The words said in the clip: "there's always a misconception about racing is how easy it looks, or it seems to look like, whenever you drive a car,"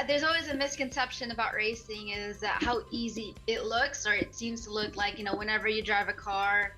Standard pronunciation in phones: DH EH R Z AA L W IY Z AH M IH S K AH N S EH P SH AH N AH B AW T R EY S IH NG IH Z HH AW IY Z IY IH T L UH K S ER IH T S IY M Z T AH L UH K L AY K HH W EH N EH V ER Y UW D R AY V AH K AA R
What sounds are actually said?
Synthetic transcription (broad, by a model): DH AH R Z AA L W IY Z AH M IH S K AH N S EH P SH AH N AH B AW T R EY S IH NG IH Z HH AW IY Z IY IH T L UH K S ER IH T S IY M Z T AH L UH K L AY K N W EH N EH V ER Y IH D R AY V AH K AA R